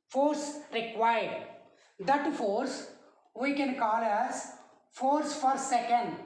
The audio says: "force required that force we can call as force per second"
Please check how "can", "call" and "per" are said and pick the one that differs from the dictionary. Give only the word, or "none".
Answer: per